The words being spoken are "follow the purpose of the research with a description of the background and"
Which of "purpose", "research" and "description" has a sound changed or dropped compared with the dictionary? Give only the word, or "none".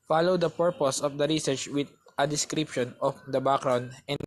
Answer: none